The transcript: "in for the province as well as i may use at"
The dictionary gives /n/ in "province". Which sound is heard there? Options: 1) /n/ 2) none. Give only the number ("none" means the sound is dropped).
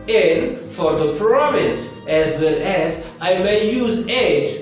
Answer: 2